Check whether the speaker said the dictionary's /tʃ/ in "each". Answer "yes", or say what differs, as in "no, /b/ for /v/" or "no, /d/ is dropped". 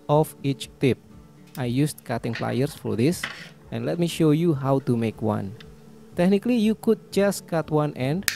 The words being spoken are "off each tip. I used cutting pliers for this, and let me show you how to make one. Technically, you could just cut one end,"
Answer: yes